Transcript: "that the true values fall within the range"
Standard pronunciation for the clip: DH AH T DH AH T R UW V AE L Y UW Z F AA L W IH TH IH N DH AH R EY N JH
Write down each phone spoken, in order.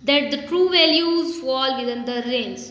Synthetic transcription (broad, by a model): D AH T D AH T R UW V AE L Y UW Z F AA L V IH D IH N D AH R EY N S